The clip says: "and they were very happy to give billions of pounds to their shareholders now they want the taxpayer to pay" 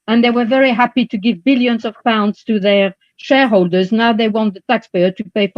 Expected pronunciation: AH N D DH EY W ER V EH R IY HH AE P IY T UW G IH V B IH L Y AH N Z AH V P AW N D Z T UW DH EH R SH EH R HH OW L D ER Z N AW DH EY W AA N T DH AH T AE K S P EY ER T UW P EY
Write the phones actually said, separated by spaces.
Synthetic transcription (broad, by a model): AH N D DH EY W ER V EH R IY HH AE P IY T UW G IH V B IH L Y AH N Z AH V P AW N D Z T UW DH EH R SH EH R HH OW L D ER Z N AW DH EY W AA N T DH AH T AE K S P EY ER T UW P EY